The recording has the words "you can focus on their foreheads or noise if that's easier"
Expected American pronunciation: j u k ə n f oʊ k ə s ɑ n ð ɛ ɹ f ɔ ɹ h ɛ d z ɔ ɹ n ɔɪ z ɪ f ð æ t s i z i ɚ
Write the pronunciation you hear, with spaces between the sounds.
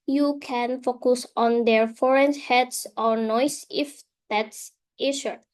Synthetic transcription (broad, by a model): j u k ə n f oʊ k ə s ɑ n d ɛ ɹ f ɔ ɹ h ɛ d s ɔ ɹ n ɔɪ s ɪ f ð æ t s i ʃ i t